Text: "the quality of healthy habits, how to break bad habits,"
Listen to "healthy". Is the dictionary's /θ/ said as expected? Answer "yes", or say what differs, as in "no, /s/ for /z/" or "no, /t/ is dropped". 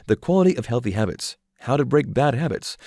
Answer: yes